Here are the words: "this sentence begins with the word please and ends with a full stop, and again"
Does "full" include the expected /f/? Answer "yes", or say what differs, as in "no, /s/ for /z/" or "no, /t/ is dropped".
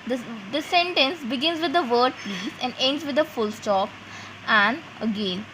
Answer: yes